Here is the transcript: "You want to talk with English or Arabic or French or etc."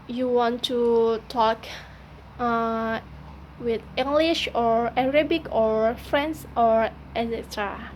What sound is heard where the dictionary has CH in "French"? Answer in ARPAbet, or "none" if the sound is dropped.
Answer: S